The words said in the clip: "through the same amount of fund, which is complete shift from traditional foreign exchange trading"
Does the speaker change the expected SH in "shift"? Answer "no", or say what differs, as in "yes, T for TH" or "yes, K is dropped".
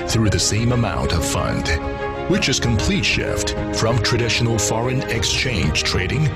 no